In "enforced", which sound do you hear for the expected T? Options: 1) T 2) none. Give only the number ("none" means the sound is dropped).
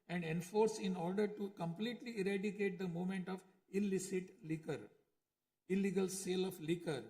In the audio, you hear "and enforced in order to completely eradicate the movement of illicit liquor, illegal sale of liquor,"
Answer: 2